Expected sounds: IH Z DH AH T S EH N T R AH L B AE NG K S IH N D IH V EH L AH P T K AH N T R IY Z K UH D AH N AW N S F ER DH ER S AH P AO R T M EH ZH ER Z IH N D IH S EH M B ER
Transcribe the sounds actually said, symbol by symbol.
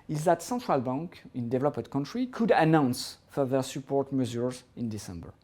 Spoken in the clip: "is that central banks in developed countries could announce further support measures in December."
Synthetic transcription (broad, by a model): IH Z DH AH T S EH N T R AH L B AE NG K IH N D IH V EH L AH P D K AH N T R IY K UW D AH N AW N S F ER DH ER S AH P AO R T M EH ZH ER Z IH N D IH S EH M B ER